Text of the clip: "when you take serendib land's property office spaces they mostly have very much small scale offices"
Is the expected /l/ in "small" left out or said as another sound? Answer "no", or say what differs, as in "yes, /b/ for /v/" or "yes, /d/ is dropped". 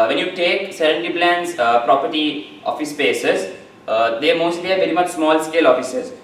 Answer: no